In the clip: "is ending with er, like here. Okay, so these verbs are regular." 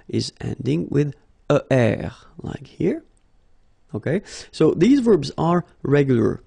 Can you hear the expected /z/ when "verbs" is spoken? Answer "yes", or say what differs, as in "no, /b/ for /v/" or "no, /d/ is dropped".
yes